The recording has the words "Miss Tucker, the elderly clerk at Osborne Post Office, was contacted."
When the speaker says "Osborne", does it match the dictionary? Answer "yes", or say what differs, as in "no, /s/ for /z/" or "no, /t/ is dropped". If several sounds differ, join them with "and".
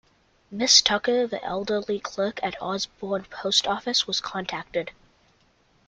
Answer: yes